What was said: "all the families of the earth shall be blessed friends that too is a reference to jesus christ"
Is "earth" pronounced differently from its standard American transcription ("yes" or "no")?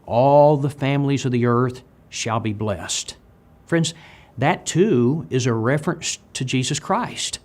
no